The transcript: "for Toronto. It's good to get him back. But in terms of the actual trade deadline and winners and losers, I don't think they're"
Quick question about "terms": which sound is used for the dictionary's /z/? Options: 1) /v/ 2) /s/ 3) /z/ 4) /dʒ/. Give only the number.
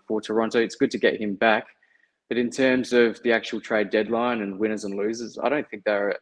3